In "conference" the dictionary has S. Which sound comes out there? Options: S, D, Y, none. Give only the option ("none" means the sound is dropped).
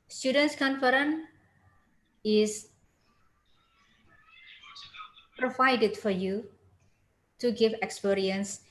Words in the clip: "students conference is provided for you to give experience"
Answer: none